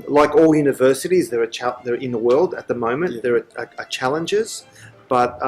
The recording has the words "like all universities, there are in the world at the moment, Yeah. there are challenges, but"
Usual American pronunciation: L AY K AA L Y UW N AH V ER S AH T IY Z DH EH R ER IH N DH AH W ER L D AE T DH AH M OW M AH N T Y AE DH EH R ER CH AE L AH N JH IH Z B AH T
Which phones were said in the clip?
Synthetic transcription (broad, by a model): L AY K AA L Y UW N AH V ER S AH T IY Z DH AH R ER IH N DH AH W ER L D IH T DH AH M OW M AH N DH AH R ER CH AE L AH N JH IH Z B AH T